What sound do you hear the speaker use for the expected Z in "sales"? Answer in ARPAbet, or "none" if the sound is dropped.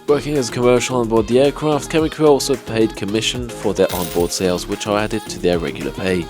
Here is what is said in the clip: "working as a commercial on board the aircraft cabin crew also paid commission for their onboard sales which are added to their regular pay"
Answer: Z